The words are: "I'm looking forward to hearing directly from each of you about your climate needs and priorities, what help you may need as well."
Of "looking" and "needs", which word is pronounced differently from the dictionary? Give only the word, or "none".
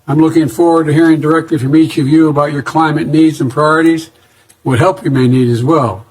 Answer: none